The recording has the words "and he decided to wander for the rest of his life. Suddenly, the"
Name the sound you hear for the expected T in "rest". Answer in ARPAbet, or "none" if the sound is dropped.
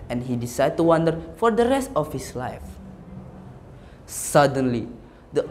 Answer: T